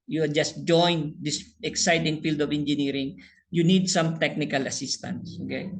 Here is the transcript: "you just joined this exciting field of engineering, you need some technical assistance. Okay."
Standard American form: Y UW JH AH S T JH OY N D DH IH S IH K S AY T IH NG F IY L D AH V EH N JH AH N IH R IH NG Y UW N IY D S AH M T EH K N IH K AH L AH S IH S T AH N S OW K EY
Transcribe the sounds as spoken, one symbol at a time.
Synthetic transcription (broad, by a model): Y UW JH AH S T JH OY N D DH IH S IH K S AY T IH NG F IY L D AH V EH N JH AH N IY R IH NG Y UW N IY D S AH M T EH K N IH K AH L AH S IH S T AH N S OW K EY